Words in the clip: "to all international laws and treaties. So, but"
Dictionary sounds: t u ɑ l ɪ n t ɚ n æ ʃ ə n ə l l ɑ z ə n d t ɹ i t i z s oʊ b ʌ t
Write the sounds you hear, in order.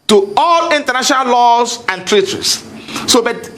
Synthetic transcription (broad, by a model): t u ɑ l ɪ n t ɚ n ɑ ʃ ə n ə l l ɑ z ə n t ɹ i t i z s oʊ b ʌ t